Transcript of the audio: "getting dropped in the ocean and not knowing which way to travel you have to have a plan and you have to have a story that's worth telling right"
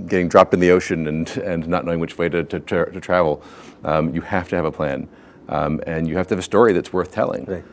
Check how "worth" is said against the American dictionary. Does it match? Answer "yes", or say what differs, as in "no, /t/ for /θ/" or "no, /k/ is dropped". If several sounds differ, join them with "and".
yes